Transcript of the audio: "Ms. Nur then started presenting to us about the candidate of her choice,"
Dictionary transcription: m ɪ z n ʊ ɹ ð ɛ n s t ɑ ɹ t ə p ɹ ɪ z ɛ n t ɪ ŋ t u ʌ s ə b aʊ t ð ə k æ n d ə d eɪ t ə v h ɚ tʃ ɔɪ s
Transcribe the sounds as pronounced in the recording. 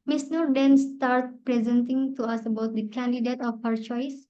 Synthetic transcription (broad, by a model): m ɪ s n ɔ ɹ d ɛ n s t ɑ ɹ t p ɹ ɪ z ɛ n t ɪ ŋ t u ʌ s ə b aʊ t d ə k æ n d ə d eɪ t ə f h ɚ tʃ ɔɪ s